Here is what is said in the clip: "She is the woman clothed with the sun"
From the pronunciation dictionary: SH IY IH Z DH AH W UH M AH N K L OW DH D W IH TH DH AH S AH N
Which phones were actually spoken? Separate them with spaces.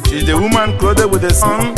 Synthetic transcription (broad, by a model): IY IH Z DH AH W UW M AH N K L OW D W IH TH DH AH S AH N